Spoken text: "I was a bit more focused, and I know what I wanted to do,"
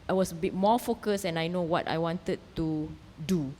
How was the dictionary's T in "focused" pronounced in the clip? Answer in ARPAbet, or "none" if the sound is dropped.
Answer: none